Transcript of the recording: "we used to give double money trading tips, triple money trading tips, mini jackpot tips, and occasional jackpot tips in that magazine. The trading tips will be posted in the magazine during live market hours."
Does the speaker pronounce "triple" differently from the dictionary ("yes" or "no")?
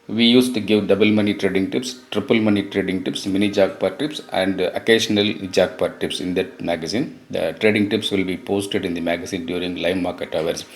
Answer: no